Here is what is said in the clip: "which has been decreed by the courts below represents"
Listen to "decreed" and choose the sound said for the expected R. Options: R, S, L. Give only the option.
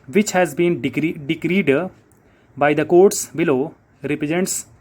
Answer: R